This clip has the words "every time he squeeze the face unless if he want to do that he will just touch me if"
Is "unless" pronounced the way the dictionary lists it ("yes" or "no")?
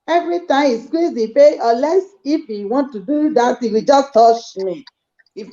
no